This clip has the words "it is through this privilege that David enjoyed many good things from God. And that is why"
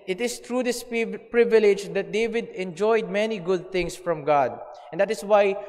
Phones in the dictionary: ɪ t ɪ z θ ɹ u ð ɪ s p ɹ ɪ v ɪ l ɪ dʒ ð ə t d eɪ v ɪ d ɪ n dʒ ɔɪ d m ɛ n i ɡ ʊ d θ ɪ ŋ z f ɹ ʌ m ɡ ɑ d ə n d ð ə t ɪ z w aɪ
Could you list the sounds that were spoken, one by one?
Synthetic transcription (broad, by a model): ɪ t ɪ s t ɹ u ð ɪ s p ɹ ɪ v ɪ l ɪ dʒ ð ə t d eɪ v ɪ d ɪ n dʒ ɔɪ d m ɛ n i ɡ ʊ d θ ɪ ŋ s f ɹ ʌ m ɡ ɑ d ə n d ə t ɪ s w aɪ